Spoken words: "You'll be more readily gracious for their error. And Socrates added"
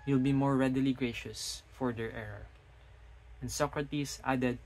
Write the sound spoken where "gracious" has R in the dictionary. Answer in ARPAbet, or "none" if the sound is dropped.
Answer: R